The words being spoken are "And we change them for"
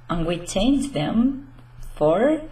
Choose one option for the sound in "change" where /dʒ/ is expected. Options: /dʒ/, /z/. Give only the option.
/z/